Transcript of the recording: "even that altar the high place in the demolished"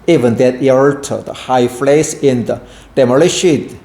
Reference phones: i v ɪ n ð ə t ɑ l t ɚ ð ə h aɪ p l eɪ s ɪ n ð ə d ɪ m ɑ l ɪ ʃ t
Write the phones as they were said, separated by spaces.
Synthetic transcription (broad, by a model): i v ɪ n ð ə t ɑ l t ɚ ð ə h aɪ f l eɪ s ɪ n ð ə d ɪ m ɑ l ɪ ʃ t